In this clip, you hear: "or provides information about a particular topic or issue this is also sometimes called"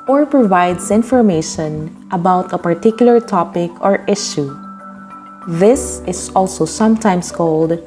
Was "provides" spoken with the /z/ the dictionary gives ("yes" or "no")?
no